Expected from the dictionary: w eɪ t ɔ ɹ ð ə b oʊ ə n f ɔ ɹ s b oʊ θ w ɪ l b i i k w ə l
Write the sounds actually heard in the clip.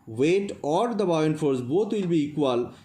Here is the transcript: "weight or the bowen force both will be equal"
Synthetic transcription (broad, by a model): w eɪ t ɔ ɹ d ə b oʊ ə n f ɔ ɹ s b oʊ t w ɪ l b i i k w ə l